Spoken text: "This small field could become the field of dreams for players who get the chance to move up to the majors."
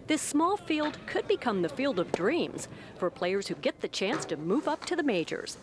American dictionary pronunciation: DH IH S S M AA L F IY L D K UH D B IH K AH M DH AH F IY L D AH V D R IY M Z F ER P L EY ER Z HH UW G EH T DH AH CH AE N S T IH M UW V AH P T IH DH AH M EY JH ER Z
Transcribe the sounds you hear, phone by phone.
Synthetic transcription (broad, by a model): DH IH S S M AA L F IY L D K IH D B IH K AH M DH AH F IY L D AH V D R IY M Z F ER P L EY ER Z HH UW G EH T DH AH CH AE N S T IH M UW V AH P T IH DH AH M EY JH ER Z